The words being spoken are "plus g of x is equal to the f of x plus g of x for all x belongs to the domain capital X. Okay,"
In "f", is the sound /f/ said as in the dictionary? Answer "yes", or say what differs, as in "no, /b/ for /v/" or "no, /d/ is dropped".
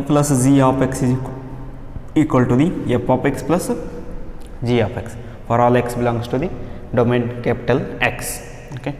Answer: no, /p/ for /f/